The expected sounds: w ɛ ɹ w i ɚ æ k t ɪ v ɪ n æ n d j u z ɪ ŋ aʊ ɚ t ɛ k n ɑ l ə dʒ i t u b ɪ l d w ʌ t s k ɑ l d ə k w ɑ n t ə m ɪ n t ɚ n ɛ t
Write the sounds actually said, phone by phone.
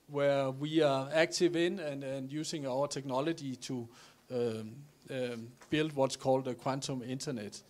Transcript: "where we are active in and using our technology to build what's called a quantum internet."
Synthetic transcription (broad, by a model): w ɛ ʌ w i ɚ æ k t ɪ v ɪ n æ n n j u s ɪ ŋ aʊ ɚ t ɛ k n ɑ l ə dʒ i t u b ɪ l d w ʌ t s k ɑ l d ə k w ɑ n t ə m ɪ n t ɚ n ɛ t